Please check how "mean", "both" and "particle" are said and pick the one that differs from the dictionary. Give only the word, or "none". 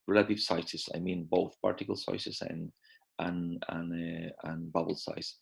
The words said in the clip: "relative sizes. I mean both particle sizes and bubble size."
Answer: none